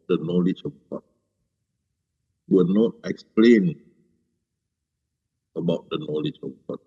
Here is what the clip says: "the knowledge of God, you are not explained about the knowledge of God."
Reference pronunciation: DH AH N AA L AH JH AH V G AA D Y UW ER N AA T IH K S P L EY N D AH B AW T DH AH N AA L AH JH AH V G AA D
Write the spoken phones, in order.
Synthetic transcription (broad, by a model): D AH N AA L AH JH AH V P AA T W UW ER N AA T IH K S P L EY N AH B AW T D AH N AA L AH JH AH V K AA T